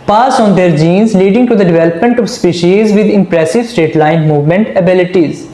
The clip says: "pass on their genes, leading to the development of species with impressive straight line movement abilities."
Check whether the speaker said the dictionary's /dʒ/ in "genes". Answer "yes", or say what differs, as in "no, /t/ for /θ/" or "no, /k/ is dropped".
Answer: yes